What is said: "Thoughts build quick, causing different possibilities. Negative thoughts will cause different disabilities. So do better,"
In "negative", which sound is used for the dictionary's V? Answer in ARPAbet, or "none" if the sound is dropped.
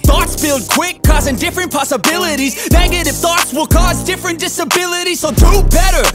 F